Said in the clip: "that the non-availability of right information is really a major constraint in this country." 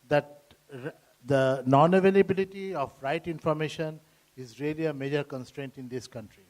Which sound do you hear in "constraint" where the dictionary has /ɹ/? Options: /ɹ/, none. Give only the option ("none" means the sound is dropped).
/ɹ/